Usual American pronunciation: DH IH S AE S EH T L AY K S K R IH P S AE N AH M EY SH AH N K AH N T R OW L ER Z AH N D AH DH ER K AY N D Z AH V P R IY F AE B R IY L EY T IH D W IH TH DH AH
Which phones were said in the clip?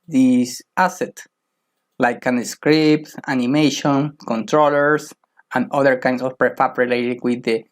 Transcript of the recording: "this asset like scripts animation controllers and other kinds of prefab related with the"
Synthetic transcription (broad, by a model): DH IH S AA S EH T L AY K S K R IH P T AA N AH M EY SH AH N K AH N T R OW L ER S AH N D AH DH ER K AY N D S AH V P R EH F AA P R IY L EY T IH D W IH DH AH